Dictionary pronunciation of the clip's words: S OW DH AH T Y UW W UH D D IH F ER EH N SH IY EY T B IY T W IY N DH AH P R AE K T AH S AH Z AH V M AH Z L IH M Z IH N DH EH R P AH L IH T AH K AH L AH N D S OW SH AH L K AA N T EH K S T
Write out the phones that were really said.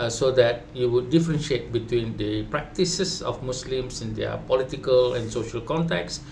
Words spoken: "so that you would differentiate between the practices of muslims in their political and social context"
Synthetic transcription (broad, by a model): S OW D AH T Y UW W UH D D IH F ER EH N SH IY EY T B IY T W IY N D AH P R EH K T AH S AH S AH F M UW S L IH M S IH N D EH P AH L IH T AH K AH L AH N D S OW SH AH L K AA N T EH K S